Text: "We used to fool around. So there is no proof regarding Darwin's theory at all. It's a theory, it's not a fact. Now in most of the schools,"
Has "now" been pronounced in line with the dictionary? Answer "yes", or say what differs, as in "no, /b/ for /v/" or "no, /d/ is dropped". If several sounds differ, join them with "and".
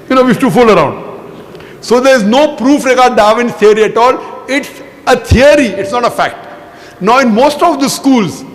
yes